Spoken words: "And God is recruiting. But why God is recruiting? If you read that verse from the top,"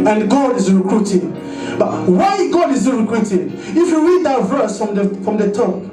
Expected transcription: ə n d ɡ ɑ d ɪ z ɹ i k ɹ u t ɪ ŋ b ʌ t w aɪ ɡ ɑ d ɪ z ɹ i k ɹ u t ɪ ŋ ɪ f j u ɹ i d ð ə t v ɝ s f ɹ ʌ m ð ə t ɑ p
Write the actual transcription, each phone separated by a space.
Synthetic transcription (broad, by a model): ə n ɡ ɑ d ɪ z ɹ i k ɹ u t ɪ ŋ b ʌ t w aɪ ɡ ɑ d ɪ z ɹ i k ɹ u t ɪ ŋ ɪ f j u ɹ i d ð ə t v ɝ s f ɹ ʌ m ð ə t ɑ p